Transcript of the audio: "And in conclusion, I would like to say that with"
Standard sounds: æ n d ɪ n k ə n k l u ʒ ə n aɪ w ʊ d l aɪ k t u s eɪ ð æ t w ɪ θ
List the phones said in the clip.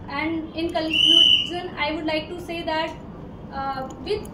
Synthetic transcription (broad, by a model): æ n d ɪ n k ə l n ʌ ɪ z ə n aɪ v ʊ d l aɪ k t u s eɪ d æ t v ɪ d